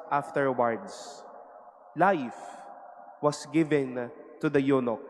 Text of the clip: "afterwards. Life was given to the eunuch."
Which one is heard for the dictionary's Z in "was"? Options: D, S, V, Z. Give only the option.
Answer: S